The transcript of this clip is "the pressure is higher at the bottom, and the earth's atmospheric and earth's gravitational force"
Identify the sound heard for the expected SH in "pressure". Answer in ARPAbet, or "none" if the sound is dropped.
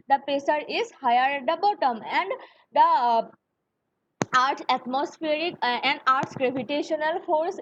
S